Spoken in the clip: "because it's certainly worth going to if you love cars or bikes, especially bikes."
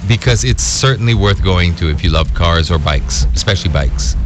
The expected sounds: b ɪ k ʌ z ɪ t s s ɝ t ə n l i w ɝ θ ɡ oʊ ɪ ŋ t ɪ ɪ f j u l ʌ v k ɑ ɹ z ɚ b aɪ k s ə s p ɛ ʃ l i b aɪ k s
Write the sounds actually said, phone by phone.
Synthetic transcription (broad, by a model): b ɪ k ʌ z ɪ t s s ɝ t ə n l i w ɝ θ ɡ oʊ ɪ ŋ t ɪ ɪ f j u l ʌ v k ɑ ɹ z ɚ b aɪ k s ə s p ɛ ʃ l i b aɪ k s